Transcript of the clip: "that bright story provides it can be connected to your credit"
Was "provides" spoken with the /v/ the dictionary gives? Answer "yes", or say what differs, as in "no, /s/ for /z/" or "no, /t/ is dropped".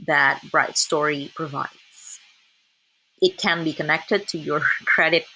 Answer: yes